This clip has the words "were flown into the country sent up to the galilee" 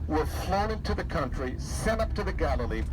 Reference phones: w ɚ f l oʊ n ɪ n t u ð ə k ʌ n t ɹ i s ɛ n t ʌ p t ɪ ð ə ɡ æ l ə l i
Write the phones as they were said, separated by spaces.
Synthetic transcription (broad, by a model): w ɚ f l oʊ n ɪ n t u ð ə k ʌ n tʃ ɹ i s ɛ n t ʌ p t ɪ ð ə ɡ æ l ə l i